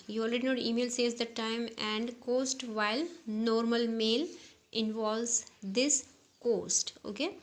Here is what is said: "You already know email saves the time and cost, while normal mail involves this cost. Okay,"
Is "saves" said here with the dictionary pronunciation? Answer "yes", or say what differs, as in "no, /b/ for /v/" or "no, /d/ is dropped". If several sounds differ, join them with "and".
no, /v/ is dropped